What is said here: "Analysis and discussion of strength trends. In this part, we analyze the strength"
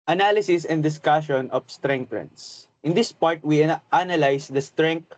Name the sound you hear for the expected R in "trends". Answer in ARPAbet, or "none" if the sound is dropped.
none